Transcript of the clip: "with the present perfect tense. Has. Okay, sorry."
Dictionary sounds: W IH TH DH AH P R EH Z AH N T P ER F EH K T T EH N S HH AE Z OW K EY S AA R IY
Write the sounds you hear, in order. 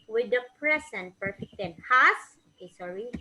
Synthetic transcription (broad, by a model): W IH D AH P R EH S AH N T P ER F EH K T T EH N HH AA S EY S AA R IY